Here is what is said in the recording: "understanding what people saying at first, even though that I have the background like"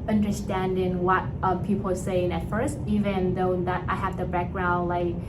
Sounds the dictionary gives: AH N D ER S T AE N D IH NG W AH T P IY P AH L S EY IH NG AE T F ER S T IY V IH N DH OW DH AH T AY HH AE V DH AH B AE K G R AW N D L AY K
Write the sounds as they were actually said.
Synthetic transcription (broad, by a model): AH N D ER S T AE N D IH NG W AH T P IY P L S EY IH NG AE T F ER S T IY V IH N DH OW DH AH T AY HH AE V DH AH B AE K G R AW N D L AY K